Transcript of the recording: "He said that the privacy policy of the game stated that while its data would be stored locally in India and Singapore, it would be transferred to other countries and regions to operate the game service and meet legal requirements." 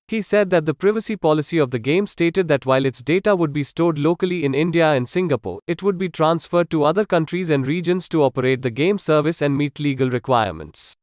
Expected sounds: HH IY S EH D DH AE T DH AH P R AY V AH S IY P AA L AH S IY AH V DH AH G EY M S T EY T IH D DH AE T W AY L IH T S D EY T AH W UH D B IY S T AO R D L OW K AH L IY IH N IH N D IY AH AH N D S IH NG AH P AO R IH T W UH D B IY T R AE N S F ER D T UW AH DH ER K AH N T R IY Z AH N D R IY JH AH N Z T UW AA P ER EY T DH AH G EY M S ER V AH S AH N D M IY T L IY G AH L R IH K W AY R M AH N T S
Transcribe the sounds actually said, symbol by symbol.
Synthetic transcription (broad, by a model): HH IY S EH D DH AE T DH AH P R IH V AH S IY P AA L AH S IY AH V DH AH G EY M S T EY T IH D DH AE T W AY L IH T S D EY T AH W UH D B IY S T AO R D L OW K AH L IY IH N IH N D IY AH AH N D S IH NG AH P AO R IH T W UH D B IY T R AE N S F ER D T UW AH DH ER K AH N T R IY Z AH N D R IY JH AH N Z T UW AA P ER EY T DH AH G EY M S ER V AH S AH N D M IY T L IY G AH L R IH K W AY R M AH N T S